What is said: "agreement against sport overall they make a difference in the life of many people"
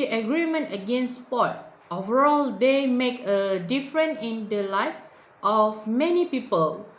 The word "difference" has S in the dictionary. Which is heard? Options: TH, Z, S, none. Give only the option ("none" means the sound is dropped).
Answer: none